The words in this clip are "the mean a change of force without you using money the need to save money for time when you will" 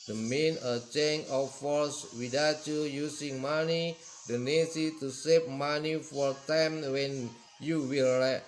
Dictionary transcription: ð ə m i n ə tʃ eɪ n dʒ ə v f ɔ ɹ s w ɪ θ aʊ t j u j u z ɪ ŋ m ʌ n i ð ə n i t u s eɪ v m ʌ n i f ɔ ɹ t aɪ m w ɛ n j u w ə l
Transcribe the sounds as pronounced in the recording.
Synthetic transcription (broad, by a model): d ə m i n ə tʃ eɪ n ə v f ɔ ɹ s w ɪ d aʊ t j u j u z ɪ ŋ m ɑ n i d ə n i t u s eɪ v m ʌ n i f ɔ ɹ t aɪ m w ɛ n j u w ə l